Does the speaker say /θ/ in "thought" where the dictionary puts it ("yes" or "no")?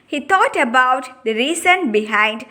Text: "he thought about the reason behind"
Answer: no